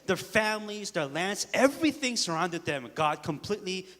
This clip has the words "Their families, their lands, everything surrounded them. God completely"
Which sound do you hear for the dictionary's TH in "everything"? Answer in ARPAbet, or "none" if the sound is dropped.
TH